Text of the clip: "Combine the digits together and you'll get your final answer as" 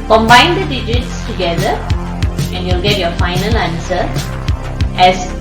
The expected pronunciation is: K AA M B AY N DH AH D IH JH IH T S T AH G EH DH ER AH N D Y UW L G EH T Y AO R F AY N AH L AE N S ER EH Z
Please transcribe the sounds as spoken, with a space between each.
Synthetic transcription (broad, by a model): K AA M B AY N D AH D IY JH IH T S T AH G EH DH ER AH N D Y UW L G EH T Y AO F AY N AH L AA N S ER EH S